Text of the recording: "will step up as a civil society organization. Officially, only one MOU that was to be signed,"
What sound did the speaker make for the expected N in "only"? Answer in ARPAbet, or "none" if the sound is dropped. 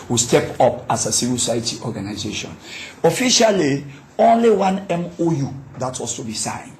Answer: N